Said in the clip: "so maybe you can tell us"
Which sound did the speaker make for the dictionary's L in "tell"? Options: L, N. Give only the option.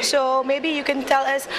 L